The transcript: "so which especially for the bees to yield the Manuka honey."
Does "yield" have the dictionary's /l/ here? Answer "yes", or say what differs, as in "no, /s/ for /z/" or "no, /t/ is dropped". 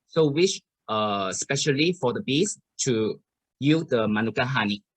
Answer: no, /l/ is dropped